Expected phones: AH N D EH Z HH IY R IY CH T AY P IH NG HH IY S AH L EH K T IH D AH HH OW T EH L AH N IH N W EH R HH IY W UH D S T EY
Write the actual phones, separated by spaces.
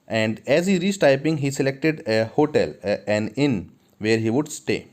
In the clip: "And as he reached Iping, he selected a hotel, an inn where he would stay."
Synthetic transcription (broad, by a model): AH N D EH Z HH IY R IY S T AY P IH NG HH IY S AH L EH K T IH D AH HH OW T EH L AH N IH N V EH R HH IY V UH D S T EY